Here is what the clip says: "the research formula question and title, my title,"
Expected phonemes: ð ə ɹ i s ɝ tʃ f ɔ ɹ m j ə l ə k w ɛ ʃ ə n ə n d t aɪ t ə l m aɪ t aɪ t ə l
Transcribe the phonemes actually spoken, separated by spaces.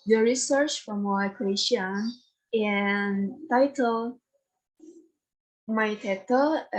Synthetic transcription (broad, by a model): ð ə ɹ i s ɝ tʃ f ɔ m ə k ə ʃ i ə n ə n t aɪ t ə l m aɪ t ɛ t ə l